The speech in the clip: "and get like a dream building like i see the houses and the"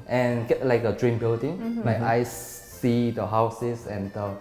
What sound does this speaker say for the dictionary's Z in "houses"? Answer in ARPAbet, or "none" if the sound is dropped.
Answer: S